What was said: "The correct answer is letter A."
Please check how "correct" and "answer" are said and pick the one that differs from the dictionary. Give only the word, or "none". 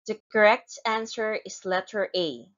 none